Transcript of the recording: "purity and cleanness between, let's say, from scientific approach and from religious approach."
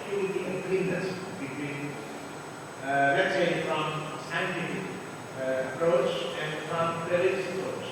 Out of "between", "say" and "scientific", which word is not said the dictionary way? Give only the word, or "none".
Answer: scientific